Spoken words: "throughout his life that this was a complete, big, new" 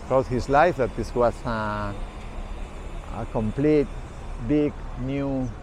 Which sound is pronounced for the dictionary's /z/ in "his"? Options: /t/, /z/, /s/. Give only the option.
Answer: /s/